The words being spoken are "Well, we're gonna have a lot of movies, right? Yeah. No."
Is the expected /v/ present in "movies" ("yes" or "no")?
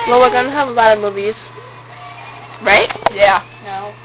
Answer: yes